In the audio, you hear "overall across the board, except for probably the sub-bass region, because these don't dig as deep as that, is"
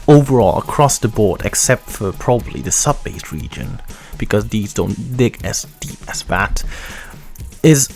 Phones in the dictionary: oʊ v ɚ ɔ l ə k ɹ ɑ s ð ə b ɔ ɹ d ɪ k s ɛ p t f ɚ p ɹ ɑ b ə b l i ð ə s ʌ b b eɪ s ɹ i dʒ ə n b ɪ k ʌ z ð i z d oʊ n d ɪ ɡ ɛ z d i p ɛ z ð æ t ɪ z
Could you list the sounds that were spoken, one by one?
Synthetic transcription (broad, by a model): oʊ v ɚ ɔ l ə k ɹ ɑ s ð ə b ɔ ɹ d ɪ k s ɛ p t f ɚ p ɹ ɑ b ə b l i ð ə s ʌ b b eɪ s ɹ i dʒ ə n b ɪ k ʌ z ð i z d oʊ n d ɪ ɡ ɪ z d i p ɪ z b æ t ɪ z